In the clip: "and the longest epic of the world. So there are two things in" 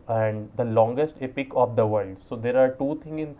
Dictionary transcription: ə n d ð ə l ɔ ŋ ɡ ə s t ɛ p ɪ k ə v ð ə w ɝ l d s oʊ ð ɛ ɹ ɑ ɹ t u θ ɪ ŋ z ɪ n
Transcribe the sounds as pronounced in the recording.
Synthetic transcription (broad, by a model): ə n d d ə l ɔ ŋ ɡ ə s t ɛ p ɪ k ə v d ə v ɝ l d s oʊ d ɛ ɹ ɑ ɹ t u t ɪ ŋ ɪ n